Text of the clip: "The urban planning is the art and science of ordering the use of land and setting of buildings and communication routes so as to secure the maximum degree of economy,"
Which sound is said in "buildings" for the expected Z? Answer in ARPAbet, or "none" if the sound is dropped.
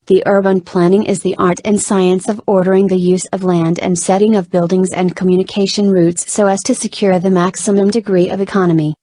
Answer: Z